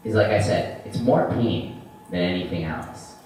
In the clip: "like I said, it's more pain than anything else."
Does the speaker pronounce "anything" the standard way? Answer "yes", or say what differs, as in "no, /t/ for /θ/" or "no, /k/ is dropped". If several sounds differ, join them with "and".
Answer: yes